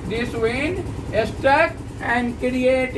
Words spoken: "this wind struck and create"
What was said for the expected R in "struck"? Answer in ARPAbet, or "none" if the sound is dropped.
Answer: none